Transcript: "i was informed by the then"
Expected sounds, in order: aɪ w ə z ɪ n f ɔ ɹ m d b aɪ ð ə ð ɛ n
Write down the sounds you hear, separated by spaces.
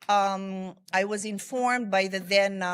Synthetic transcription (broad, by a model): aɪ w ə z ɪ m f ɔ ɹ m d b aɪ ð ə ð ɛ n